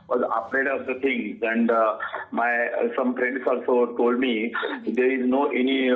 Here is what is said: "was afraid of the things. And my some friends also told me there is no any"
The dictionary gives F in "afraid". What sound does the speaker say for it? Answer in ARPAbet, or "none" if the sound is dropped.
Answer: P